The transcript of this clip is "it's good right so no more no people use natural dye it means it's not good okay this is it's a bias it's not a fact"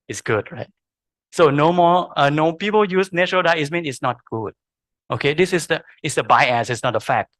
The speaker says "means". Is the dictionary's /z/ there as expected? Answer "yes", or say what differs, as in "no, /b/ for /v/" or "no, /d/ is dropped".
no, /z/ is dropped